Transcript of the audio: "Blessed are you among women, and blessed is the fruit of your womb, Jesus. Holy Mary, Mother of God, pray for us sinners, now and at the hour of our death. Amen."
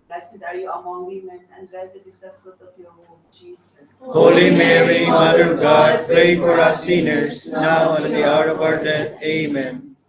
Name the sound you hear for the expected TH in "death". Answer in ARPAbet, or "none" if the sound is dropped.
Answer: T